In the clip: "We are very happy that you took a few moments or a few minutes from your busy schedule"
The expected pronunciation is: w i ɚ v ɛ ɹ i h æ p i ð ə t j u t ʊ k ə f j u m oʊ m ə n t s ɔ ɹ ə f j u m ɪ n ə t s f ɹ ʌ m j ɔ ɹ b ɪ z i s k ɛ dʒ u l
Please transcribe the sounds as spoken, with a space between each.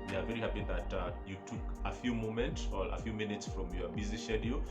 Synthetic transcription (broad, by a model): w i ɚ v ɛ ɹ i h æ p i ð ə t j u t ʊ k ə f j u m oʊ m ə n t s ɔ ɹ ə f j u m ɪ n ə t s f ɹ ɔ m j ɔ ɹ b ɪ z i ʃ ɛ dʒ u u